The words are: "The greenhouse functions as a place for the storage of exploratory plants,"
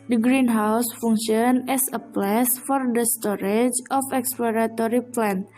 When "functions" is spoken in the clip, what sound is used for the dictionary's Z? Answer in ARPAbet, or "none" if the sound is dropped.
none